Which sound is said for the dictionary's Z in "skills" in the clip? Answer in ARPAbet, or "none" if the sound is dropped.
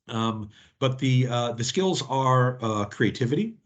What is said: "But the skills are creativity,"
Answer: Z